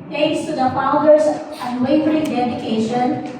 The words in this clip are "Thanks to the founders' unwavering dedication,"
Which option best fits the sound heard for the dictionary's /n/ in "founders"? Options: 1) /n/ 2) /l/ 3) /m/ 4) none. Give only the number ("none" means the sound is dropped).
4